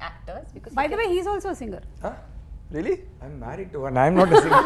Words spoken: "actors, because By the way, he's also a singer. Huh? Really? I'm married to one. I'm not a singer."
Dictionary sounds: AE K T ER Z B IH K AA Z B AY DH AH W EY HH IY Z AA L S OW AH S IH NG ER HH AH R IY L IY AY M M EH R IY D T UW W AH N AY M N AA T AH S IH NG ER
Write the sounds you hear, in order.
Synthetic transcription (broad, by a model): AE K T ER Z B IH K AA B AY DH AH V EY HH IY Z AA L S OW AH S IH NG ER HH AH R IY L IY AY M M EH R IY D T UW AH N AY M N AA T AH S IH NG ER